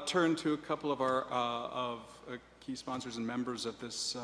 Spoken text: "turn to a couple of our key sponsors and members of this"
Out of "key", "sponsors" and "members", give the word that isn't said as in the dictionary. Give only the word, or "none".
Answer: none